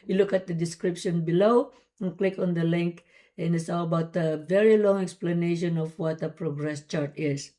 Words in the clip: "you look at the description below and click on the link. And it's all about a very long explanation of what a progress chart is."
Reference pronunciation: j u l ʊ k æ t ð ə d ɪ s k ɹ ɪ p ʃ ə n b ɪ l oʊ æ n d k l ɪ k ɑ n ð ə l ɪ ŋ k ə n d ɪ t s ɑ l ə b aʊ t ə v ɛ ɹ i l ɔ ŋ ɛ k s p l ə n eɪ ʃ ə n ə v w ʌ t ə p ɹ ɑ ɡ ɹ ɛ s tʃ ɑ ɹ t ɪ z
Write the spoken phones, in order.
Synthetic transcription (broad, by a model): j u l ʊ k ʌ t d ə d ɪ s k ɹ ɪ p ʃ ə n b ɪ l oʊ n k l ɪ k ɑ n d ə l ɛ ŋ k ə n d ɪ t s ɑ l ə b aʊ t ə v ɛ ɹ i l ɔ ŋ ɛ k s p l ə n eɪ ʃ ə n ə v w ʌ t ə p ɹ ɑ ɡ ɹ ɛ s tʃ ɑ ɹ t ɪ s